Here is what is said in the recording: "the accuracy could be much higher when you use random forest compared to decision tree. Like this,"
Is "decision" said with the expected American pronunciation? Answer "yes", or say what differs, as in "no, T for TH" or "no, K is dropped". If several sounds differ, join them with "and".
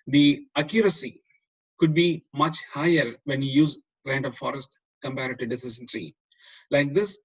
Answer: no, S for ZH